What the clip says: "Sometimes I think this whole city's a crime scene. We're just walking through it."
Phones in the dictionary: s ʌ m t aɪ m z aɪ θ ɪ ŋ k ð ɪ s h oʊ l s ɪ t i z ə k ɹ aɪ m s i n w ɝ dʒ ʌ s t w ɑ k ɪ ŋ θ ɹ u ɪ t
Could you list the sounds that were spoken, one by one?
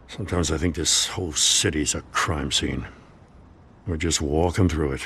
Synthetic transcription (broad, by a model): s ʌ m t aɪ m z aɪ θ ɪ ŋ k ð ɪ s h oʊ l s ɪ t i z ə k ɹ aɪ m s i n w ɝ dʒ ʌ s t w ɑ k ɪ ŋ θ ɹ u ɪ t